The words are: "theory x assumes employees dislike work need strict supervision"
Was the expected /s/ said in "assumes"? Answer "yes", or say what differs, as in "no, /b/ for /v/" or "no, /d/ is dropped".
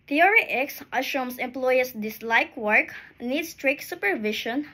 no, /ʃ/ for /s/